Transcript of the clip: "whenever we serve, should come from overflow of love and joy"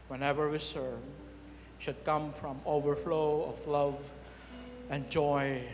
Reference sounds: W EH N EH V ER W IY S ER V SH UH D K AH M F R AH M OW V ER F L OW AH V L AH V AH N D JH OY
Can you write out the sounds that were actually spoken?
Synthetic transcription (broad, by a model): W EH N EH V ER W IY S ER V SH UH D K AH M F R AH M OW V ER F L OW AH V L AH V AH N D JH OY